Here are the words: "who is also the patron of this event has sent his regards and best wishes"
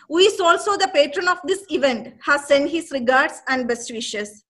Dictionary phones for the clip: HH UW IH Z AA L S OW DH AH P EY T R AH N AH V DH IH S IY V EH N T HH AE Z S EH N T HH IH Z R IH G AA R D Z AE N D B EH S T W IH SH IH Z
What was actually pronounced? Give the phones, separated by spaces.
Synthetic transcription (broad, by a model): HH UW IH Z AA L S OW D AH P EY T R AH N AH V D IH S IY V EH N T HH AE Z S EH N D HH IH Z R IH G AA R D S AE N D B EH S T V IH SH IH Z